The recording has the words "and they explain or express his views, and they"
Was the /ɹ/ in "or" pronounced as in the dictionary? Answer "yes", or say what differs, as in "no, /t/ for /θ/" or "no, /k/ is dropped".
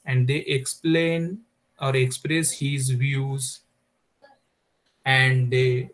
yes